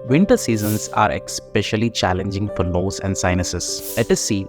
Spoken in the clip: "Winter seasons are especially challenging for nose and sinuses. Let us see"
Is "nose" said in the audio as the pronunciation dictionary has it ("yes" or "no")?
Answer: no